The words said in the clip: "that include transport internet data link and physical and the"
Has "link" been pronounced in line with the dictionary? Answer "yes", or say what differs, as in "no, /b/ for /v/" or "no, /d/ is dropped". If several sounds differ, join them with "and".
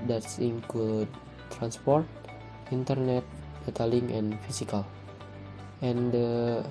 no, /k/ is dropped